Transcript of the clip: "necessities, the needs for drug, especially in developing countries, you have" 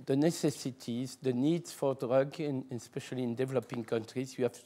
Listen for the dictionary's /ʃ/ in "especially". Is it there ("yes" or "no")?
yes